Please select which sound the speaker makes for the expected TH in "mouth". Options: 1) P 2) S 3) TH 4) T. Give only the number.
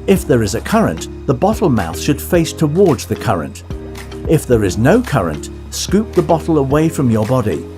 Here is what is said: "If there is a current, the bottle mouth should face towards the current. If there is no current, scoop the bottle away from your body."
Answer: 3